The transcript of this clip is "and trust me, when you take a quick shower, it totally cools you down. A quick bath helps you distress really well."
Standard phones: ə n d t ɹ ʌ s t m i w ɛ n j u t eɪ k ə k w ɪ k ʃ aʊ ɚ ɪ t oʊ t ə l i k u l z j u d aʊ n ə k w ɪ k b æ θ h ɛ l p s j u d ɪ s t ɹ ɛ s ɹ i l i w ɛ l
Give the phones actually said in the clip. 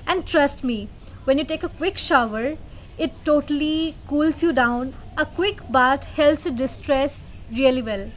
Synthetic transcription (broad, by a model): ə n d t ɹ ʌ s t m i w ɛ n j u t eɪ k ə k w ɪ k ʃ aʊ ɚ ɪ t oʊ t ə l i k u l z j u d aʊ n ə k w ɪ k b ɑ t h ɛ l s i d ɪ s t ɹ ɛ s ɹ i l i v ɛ l